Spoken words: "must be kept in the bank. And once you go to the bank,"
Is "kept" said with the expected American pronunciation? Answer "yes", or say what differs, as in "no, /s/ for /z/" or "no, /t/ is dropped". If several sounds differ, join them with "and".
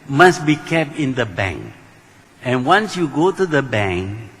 yes